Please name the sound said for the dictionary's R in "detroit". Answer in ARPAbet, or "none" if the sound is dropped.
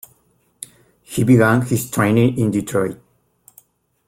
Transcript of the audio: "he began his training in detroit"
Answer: R